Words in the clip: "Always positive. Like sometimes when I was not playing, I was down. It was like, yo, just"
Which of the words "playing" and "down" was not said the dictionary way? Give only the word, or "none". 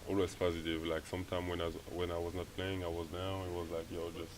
down